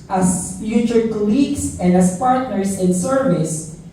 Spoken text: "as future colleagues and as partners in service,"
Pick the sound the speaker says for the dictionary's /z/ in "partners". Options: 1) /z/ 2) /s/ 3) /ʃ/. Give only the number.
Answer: 2